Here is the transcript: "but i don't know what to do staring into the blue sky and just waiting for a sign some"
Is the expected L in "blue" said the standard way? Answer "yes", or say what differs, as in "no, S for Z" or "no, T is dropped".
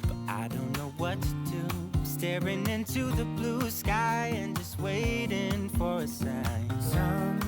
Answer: yes